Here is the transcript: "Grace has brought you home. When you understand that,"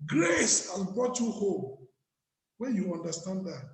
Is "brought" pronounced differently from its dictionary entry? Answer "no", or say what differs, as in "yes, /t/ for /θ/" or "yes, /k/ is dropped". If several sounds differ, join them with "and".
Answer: yes, /ɹ/ is dropped